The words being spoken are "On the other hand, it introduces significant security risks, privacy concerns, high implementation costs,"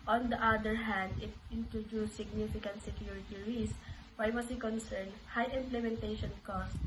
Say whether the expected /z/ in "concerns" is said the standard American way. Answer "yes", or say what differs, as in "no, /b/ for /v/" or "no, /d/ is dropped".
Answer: no, /z/ is dropped